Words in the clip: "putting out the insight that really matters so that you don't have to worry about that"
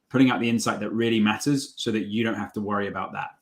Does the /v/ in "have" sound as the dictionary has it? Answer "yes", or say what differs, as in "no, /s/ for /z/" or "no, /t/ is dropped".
no, /f/ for /v/